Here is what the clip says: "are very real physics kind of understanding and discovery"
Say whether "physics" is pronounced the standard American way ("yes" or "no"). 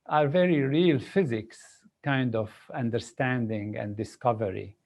yes